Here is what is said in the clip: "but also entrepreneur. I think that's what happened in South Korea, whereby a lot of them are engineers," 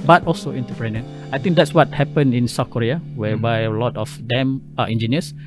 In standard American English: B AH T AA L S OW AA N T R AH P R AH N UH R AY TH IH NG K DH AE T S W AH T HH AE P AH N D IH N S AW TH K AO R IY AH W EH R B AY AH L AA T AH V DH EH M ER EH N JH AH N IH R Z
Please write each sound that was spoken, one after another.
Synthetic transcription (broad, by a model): B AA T AA L S OW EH N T AH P R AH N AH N AY T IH NG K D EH T S W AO T HH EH P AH N IH N S AW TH K AO R IY AH W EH B AY AH L AA T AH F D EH M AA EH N JH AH N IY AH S